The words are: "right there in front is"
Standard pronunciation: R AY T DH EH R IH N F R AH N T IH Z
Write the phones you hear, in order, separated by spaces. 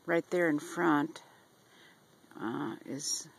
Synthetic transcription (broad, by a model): R AY T DH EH R IH N F R AH N T IH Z